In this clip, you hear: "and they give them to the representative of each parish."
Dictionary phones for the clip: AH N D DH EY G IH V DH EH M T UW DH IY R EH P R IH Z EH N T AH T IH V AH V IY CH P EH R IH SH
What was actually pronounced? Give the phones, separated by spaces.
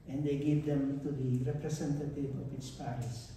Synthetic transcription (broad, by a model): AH N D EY G IH V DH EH M T UW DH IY R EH P R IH S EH N T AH T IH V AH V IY S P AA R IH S